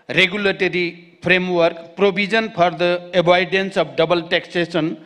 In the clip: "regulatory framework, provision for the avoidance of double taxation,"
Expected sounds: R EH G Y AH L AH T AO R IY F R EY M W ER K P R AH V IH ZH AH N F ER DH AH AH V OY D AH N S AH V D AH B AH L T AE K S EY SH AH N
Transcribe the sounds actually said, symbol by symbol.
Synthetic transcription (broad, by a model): R EH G Y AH L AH T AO R IY P R EY M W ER K P R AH B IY Z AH N P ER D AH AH B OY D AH N S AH B D AH B AH L T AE K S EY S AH N